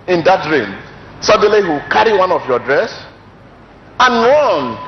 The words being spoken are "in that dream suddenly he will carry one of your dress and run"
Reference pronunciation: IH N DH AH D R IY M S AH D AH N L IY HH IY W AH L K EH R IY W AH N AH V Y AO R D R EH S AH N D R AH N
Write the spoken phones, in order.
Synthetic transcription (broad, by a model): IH N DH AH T R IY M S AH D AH L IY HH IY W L K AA R IY W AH N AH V Y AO D R EH S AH N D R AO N